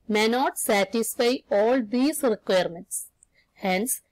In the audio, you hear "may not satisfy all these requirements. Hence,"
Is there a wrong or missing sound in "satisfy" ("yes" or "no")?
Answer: no